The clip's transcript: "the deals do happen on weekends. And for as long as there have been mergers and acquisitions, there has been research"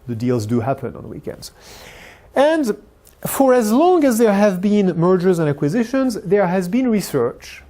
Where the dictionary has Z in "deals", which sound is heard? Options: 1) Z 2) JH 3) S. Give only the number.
1